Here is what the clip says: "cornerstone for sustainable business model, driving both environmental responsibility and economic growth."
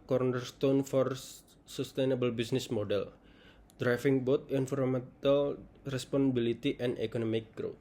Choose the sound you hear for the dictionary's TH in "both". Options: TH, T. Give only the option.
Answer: T